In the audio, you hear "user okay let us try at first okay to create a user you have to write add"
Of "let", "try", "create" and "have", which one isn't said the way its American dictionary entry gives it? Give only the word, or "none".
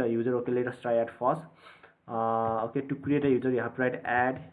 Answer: have